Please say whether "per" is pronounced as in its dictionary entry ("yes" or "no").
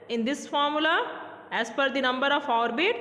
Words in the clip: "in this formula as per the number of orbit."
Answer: no